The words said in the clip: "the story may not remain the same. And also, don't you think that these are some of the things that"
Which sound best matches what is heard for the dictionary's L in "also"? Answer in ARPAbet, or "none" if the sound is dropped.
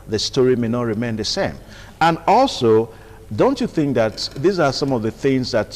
L